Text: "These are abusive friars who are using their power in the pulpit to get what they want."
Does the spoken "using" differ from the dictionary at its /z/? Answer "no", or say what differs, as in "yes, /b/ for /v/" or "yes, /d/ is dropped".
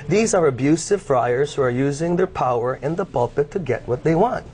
no